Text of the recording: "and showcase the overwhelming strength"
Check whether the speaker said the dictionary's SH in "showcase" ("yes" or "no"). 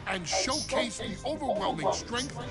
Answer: yes